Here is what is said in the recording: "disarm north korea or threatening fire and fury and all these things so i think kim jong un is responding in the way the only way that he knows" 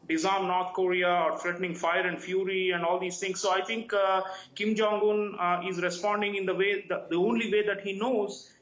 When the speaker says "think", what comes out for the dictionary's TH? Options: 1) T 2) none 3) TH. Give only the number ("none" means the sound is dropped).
1